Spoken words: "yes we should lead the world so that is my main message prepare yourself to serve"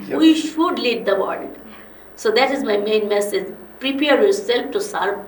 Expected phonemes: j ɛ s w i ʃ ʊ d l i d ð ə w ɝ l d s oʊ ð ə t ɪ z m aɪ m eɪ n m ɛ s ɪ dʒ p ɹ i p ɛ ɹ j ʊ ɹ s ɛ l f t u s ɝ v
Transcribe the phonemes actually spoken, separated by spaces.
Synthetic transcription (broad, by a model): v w i ʃ ʊ d l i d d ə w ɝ l d s oʊ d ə t ɪ z m aɪ m eɪ n m ɛ s ɪ dʒ p ɹ i p ɛ ɹ j ʊ ɹ s ɛ l f t u s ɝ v